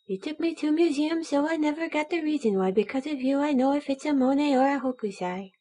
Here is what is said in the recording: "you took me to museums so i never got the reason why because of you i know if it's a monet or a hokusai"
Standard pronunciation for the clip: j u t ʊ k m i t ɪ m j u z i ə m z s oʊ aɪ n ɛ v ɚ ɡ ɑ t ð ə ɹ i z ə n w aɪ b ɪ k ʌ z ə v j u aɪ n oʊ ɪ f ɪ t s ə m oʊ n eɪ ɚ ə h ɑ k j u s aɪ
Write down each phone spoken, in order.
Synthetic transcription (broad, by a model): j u t ʊ k m i t ɪ m j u z i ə m s oʊ aɪ n ɛ v ɚ ɡ ɑ t ð ə ɹ i z ə n w aɪ b ɪ k ʌ z ə v j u aɪ n oʊ ɪ f ɪ t s ə m oʊ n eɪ ɚ ə h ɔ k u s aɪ